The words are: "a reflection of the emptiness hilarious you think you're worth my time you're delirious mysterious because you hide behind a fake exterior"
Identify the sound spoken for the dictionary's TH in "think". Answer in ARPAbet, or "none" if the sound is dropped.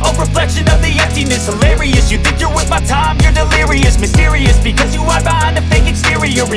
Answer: TH